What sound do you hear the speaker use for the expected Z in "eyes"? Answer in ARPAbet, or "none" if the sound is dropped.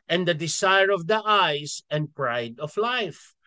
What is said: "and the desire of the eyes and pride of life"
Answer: S